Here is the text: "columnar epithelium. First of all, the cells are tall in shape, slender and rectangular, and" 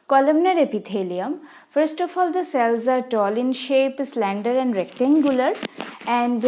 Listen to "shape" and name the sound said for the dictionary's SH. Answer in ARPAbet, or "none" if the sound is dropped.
SH